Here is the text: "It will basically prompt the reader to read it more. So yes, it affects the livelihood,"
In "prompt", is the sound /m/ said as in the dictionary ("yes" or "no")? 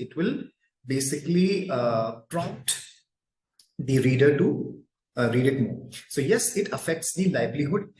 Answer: no